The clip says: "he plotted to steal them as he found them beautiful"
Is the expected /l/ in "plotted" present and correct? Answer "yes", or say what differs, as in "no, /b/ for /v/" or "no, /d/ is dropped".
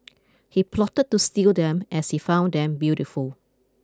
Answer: yes